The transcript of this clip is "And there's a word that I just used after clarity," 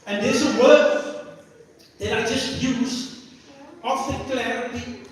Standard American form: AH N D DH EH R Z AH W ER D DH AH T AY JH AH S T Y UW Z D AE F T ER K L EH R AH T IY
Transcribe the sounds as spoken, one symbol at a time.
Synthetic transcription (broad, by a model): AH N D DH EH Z AH W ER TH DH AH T AY JH AH S T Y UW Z AO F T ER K L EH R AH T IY